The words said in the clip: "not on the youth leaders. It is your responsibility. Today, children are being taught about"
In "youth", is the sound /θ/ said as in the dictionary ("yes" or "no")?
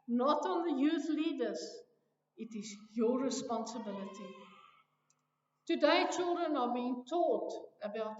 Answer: yes